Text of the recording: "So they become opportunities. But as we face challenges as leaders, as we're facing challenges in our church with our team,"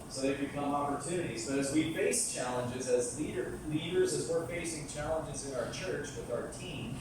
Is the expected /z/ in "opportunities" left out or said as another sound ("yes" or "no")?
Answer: no